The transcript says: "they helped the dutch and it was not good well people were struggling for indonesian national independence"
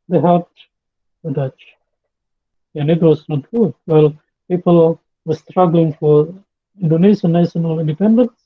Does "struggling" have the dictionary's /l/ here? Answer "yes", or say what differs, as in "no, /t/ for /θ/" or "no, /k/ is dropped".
yes